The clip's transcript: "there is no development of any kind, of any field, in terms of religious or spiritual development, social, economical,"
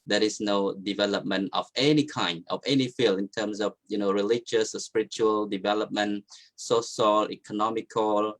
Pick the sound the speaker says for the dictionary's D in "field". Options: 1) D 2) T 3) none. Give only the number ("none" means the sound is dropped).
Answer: 3